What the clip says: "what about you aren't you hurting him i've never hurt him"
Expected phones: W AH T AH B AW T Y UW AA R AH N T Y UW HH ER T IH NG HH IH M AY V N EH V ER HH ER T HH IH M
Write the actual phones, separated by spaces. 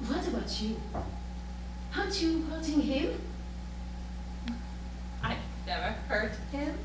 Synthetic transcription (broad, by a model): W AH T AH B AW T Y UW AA AH T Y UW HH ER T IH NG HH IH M AY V N EH V ER HH ER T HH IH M